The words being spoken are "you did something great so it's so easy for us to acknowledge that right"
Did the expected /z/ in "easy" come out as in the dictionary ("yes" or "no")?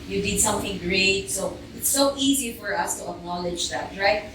yes